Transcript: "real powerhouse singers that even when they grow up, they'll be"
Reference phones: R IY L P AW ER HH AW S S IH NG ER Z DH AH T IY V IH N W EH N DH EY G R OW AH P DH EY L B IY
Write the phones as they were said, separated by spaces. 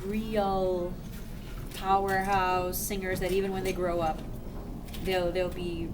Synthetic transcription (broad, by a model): R IY L P AW ER HH AW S S IH NG ER Z DH AH T IY V IH N W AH N DH EY G R OW AH P DH EY L B IY